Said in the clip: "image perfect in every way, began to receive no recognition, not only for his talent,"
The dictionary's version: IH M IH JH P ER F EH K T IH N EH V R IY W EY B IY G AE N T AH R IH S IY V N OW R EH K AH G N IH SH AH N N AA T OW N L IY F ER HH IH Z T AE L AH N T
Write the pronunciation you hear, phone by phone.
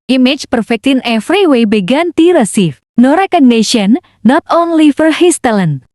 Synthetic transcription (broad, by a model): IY M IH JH P ER F EH K T IH N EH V R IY W EY B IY G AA N T AH R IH S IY F N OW R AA K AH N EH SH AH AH N AA T OW N L IY F ER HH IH S T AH L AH N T